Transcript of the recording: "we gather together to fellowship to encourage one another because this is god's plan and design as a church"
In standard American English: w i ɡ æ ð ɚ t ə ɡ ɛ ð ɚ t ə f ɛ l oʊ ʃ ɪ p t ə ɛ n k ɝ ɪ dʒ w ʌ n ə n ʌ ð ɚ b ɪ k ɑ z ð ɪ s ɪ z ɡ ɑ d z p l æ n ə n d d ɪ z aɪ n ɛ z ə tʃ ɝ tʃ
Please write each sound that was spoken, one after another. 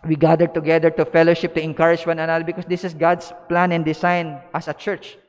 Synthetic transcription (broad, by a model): w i ɡ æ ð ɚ t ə ɡ ɛ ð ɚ t ə f ɛ l oʊ ʃ ɪ p t ə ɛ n k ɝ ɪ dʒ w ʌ n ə n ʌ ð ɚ b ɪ k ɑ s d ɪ s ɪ s ɡ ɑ d s p l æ n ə n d d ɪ s aɪ n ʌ s ə tʃ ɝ tʃ